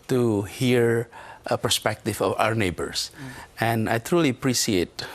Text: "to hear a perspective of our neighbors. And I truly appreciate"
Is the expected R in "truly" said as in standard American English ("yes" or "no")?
yes